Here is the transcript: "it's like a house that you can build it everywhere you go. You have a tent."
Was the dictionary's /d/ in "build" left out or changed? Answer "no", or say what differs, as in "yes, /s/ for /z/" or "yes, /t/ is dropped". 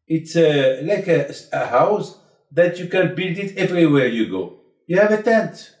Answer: no